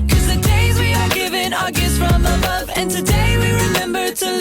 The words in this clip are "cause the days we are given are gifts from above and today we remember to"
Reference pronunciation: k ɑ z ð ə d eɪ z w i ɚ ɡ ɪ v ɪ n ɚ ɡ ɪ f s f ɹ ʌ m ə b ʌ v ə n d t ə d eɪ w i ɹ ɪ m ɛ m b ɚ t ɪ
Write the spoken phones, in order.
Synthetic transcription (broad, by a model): k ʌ z ð ə d eɪ z w i ɚ ɡ ɪ v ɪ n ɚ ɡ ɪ s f ɹ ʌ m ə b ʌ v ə n t ə d eɪ w i ɹ ɪ m ɛ m b ɚ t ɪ